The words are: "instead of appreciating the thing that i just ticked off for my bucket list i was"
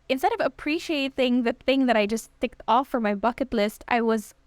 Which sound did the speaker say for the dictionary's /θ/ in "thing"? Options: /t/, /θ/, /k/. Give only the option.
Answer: /θ/